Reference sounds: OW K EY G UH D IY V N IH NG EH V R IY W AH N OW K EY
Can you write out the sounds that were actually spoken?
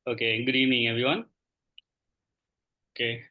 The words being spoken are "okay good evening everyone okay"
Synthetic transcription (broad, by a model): OW K EY G D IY N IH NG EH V IY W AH N OW K EY